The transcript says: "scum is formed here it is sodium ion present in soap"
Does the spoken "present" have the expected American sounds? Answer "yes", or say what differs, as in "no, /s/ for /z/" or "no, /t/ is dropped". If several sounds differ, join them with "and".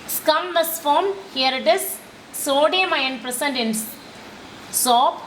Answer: no, /s/ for /z/